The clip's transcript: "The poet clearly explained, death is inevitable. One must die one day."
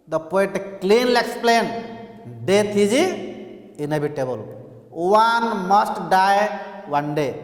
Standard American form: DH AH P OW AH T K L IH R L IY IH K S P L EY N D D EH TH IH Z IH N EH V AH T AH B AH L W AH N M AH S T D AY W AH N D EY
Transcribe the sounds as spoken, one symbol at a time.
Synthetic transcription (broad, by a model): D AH P OW AH T K L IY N L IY K S P L EY N D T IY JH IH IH N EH B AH T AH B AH L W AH N M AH S T D AY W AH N D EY